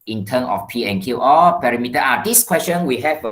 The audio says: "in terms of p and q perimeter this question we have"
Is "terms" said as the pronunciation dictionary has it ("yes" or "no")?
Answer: no